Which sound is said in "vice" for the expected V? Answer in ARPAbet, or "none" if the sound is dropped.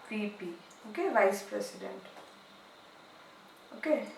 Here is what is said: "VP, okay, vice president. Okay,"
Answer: V